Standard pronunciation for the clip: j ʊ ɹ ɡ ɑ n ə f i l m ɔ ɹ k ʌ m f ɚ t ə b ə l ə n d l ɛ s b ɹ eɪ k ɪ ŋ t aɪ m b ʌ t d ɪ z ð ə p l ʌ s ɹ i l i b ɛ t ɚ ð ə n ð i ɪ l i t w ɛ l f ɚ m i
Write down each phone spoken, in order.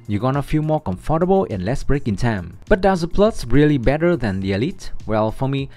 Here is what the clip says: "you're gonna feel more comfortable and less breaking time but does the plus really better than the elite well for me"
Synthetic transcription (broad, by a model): j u ɡ ɑ n ə f i l m ɔ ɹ k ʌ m f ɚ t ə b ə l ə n l ɛ s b ɹ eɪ k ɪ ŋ t aɪ m b ʌ t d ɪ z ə p l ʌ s ɹ i l i b ɛ t ɚ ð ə n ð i ɪ l i t w ɛ l f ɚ m i